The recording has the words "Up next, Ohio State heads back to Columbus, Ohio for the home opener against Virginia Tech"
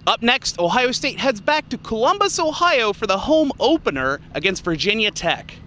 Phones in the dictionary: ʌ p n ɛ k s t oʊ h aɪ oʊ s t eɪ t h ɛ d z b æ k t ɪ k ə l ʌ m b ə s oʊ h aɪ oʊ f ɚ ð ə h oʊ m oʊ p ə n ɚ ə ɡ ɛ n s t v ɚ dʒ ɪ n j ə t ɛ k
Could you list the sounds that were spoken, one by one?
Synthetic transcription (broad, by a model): ʌ p n ɛ k s t oʊ h aɪ oʊ s t eɪ t h ɛ d z b æ k t ɪ k ə l ʌ m b ə s oʊ h aɪ oʊ f ɚ ð ə h oʊ m oʊ p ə n ɚ ə ɡ ɛ n s t v ɚ dʒ ɪ n j ə t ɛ k